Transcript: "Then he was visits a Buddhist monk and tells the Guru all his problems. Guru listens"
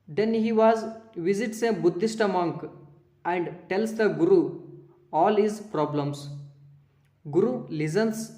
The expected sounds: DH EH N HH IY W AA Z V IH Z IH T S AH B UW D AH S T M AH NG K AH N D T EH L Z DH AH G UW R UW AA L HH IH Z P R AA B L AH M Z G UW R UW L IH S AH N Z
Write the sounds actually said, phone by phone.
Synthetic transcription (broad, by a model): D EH N HH IY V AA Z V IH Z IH T S AH B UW D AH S T M AH NG K AH N D T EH L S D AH G UW R UW AA L HH IH Z P R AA B L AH M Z G UW R UW L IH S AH N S